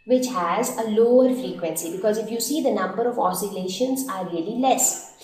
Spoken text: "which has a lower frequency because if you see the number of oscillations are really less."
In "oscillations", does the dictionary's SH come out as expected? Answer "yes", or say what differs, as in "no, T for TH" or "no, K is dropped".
yes